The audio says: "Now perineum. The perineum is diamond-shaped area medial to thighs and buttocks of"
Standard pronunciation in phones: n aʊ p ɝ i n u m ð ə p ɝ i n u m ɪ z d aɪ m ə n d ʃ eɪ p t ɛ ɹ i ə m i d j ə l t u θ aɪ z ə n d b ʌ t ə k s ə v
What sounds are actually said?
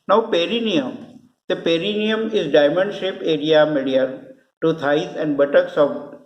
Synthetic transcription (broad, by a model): n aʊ p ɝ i n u m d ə p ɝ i n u m ɪ z d aɪ m ə n d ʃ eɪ p ɛ ɹ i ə m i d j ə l t u t aɪ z ə n d b ʌ t ə k s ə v